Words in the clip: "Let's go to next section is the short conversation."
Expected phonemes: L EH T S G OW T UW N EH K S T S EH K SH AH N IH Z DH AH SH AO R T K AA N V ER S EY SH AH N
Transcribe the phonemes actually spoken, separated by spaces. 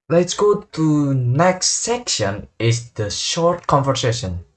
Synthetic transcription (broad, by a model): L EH T S G OW T UW N EH K S T S EH K SH AH N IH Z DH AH SH AO R T K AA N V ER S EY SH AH N